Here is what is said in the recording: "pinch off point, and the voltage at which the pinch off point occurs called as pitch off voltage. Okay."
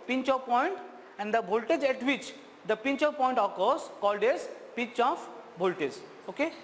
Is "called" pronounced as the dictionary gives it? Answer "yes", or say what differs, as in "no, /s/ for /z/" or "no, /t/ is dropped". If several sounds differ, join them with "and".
yes